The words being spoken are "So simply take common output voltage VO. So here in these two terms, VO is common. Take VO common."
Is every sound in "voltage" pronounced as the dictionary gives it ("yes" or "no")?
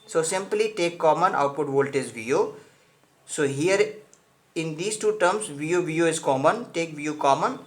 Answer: no